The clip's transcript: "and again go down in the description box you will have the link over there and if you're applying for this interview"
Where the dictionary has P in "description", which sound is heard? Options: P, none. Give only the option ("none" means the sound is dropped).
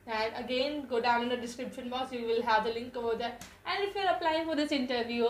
P